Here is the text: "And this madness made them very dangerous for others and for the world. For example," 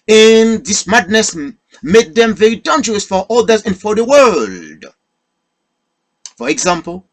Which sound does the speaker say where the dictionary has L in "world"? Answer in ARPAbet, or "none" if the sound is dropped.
L